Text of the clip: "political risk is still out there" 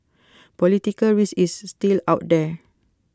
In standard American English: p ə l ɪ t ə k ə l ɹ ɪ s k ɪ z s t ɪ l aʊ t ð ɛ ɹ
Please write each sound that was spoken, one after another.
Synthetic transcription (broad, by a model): p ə l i t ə k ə l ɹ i s ɪ s t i l aʊ t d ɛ